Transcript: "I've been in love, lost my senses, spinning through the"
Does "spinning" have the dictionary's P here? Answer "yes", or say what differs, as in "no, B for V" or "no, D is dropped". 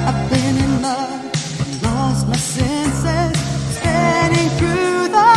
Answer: no, P is dropped